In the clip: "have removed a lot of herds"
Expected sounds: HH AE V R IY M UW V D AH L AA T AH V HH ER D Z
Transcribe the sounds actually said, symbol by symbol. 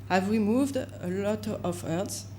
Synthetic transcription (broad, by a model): HH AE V R IY M UW V D AH L AA T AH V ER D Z